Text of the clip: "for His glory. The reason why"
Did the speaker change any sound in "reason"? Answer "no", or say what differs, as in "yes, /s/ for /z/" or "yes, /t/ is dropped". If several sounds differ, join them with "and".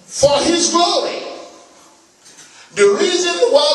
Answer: no